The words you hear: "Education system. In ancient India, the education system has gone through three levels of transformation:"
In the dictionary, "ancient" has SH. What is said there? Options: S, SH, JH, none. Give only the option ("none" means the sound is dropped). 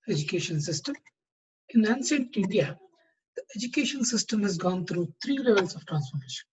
S